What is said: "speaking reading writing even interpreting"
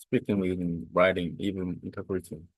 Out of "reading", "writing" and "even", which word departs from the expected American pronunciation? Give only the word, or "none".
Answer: reading